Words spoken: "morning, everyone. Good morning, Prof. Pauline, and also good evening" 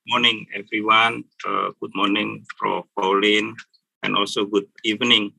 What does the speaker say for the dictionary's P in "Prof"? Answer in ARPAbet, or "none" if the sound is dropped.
F